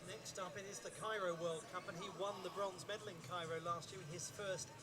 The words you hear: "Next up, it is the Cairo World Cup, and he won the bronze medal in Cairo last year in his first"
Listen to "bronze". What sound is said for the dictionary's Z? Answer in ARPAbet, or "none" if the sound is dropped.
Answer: Z